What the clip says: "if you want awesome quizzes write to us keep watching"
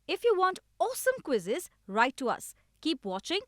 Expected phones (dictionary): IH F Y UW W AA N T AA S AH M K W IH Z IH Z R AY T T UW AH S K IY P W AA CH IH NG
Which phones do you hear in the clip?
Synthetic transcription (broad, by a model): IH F Y UW W AA N T AA S AH M K W IH Z IH Z R AY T T UW AH S K IY P W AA CH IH NG